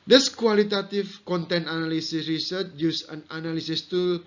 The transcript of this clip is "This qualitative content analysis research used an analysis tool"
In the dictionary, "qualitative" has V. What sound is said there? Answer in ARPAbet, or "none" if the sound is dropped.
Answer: F